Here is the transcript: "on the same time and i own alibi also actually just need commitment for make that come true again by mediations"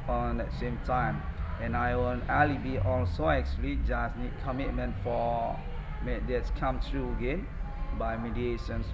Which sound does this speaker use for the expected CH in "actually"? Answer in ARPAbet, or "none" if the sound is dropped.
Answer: S